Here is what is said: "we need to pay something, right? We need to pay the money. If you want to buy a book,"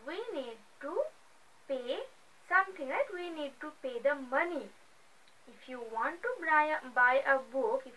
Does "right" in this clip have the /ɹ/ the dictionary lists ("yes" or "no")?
no